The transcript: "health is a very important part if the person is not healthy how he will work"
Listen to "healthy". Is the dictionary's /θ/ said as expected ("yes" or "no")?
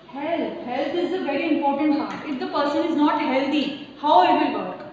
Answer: no